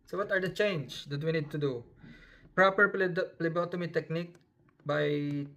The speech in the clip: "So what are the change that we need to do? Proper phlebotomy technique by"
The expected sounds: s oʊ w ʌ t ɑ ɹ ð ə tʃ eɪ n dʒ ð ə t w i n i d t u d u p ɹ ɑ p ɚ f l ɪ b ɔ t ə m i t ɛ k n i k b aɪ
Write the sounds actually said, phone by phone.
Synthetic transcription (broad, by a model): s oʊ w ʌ t ɑ ɹ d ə tʃ eɪ n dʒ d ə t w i n i d t u d u p ɹ ɑ p ɚ p l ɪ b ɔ t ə m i t ɛ k n i k b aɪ